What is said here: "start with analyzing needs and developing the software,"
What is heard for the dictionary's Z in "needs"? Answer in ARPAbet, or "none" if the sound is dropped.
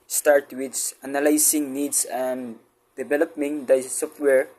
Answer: S